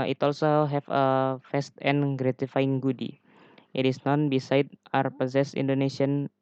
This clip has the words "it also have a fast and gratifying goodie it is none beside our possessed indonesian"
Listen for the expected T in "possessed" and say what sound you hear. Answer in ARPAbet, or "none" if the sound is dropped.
none